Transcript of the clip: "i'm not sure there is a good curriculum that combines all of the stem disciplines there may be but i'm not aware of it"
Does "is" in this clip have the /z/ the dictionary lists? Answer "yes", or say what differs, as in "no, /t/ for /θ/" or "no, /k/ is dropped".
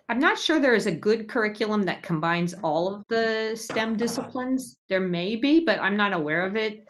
yes